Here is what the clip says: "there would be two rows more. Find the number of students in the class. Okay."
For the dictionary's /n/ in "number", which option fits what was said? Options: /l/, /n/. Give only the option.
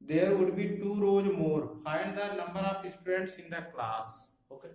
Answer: /l/